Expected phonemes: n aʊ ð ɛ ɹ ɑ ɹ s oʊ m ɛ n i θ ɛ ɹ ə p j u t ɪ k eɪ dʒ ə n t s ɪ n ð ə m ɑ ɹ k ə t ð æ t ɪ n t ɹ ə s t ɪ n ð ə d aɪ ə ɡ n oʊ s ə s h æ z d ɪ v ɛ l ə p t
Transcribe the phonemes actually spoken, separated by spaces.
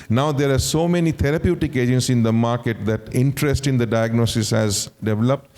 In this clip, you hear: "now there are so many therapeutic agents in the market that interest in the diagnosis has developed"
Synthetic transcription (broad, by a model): n aʊ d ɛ ɹ ɑ ɹ s oʊ m ɛ n i t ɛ ɹ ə p j u t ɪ k eɪ dʒ ə n t s ɪ n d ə m ɑ ɹ k ə t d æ t ɪ n t ɹ ə s t ɪ n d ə d aɪ ə ɡ n oʊ s ə s h æ z d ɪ v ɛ l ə p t